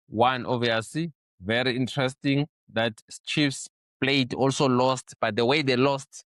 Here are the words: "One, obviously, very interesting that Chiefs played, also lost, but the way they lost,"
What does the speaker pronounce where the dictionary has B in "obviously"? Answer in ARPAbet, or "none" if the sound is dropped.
none